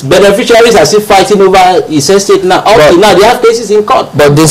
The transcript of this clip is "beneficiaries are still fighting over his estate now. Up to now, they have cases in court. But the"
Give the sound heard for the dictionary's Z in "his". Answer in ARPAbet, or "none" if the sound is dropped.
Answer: S